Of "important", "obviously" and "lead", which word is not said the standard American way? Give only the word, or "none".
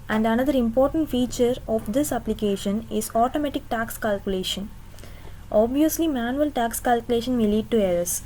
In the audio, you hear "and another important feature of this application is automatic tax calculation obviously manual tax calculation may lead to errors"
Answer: none